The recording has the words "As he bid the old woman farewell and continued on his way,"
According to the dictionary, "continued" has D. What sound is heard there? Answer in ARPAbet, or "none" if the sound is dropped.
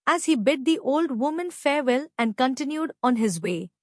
D